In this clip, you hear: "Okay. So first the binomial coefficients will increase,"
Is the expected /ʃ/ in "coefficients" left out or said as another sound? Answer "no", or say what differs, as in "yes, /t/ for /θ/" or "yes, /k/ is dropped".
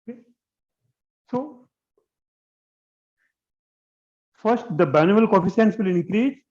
yes, /s/ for /ʃ/